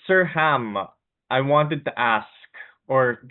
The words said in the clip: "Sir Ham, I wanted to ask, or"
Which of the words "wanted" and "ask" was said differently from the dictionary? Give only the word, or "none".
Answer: none